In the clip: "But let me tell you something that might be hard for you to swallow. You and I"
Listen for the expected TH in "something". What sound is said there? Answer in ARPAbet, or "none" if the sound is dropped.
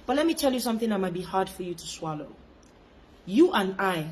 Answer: TH